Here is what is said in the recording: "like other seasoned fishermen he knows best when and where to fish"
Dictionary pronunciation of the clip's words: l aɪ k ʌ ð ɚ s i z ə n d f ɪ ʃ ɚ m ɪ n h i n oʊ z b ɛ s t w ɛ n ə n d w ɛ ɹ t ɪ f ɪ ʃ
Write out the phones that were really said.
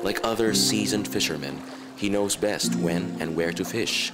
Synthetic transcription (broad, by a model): l aɪ k ʌ ð ɚ s i z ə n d f ɪ ʃ ɚ m ɪ n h i n oʊ z b ɛ s t w ɛ n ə n w ɛ ɹ t ɪ f ɪ ʃ